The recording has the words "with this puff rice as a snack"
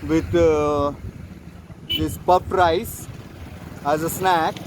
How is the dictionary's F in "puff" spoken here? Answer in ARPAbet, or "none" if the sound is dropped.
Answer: P